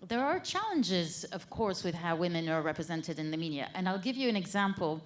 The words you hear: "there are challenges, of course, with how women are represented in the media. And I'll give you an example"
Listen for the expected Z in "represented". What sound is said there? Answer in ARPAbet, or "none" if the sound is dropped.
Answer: Z